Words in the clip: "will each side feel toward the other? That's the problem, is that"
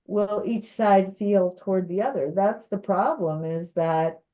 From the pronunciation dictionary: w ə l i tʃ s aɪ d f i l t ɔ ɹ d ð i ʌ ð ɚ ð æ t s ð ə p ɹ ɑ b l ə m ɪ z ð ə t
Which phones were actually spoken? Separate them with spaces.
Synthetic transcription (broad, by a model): w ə l i tʃ s aɪ d f i l t ɔ ɹ d ð i ʌ ð ɚ ð æ t s ð ə p ɹ ɑ b l ə m ɪ z ð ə t